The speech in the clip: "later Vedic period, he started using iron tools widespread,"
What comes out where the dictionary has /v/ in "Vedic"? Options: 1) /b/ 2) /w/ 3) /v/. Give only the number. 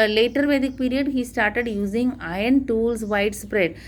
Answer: 3